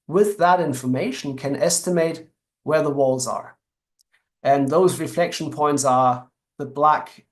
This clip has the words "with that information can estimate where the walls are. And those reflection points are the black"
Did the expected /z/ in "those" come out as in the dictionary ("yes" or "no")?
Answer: yes